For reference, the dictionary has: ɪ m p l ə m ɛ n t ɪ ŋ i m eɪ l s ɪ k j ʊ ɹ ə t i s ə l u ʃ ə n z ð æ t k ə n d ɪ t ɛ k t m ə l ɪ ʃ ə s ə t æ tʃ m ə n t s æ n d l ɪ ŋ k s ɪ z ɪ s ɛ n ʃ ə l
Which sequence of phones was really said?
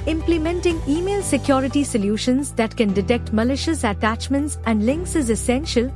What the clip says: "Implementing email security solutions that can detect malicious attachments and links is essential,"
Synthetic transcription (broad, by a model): ɪ m p l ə m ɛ n t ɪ ŋ i m eɪ l s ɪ k j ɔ ɹ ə t i s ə l u ʃ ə n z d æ t k ə n d ɪ t ɛ k t m ə l ɪ ʃ ə s ə t æ tʃ m ə n t s æ n d l ɪ ŋ k s ɪ z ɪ s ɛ n ʃ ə l